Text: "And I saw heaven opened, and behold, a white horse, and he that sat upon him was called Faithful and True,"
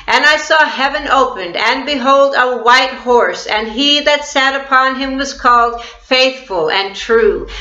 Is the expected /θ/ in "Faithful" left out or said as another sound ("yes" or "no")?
no